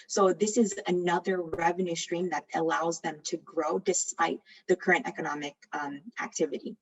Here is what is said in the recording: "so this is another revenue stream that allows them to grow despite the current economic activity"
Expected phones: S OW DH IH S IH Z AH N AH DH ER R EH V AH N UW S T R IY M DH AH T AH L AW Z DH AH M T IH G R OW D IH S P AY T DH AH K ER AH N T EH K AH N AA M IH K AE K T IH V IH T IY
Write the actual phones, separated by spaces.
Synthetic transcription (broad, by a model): S OW DH IH S IH Z AH N AH DH ER R EH V AH N UW S T R IY M DH AH T AH L AW Z DH AH M T IH G R OW D IH S P AY T DH AH K ER AH N T EH K AH N AA M IH K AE K T IH V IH T IY